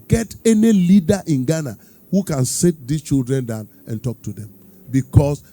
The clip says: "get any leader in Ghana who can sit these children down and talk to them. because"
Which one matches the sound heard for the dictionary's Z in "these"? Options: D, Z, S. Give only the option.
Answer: S